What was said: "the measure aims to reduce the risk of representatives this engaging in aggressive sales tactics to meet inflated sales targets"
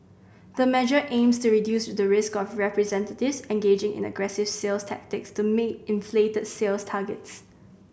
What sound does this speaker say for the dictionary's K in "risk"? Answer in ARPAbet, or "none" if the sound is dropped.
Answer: K